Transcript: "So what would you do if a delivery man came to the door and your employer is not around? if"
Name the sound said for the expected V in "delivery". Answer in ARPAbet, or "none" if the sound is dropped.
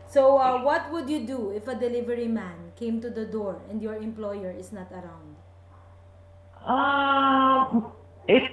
V